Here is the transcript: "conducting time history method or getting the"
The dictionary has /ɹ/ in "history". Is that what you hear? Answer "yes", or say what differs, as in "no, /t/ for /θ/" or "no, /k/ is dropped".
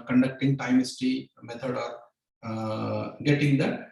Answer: no, /ɹ/ is dropped